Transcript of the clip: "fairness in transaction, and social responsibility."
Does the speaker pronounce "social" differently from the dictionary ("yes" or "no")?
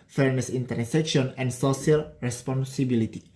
yes